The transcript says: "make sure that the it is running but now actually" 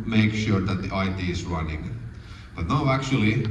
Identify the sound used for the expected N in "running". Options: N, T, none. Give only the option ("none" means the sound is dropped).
N